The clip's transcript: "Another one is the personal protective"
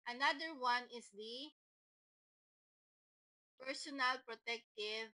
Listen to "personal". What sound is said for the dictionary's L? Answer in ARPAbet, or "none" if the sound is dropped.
L